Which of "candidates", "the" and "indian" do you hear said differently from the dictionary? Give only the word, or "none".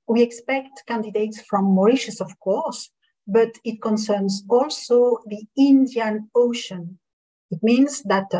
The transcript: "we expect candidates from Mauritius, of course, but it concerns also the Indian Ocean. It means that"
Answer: none